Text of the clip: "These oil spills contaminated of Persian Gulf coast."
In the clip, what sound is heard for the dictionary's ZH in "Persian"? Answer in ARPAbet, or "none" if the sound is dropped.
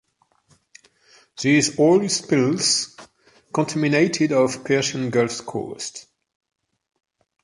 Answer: SH